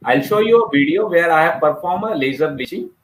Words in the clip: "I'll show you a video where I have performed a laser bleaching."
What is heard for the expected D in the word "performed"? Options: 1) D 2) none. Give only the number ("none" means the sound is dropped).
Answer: 2